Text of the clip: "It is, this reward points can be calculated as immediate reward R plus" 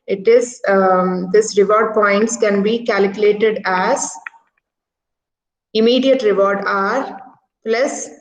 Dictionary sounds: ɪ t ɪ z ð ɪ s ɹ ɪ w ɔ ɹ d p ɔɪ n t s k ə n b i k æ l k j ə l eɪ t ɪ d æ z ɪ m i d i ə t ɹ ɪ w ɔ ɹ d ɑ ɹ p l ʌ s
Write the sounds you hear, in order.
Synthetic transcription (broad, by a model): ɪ t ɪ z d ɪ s ɹ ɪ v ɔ ɹ d p ɔɪ n t s k ə n b i k æ l k j ə l eɪ t ɪ d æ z ɪ m i d i ə t ɹ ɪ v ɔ ɹ d ɑ ɹ p l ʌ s